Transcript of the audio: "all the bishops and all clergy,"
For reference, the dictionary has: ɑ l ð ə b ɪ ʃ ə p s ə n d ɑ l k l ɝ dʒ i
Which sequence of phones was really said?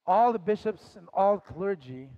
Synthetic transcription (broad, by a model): ɑ l ð ə b ɪ ʃ ə p s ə n ɑ l k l ɝ dʒ i